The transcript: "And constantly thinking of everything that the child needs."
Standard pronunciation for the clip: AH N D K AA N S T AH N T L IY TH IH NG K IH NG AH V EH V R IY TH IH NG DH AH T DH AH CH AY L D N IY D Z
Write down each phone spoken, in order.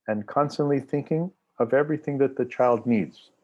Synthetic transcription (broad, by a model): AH N K AA N S T AH N T L IY TH IH NG K IH NG AH V EH V R IY TH IH NG DH AH T DH AH CH AY L D N IY D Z